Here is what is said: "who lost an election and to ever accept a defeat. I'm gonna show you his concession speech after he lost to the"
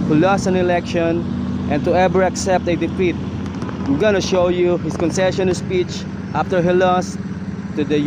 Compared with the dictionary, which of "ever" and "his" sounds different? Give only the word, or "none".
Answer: his